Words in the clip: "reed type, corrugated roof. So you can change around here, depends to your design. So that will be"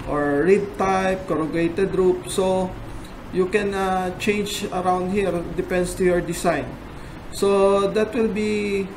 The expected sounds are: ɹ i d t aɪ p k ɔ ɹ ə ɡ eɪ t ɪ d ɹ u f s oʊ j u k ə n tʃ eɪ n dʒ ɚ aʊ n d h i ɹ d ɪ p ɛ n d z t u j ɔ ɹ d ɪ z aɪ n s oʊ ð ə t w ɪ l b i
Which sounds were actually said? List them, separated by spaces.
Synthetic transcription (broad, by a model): ɹ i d t aɪ p k ɔ ɹ ə ɡ eɪ t ɪ d ɹ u p s oʊ j u k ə n tʃ eɪ n dʒ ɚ aʊ n d h i ɹ d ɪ p ɛ n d s t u j ɔ ɹ d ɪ s aɪ n s oʊ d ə t w ɪ l b i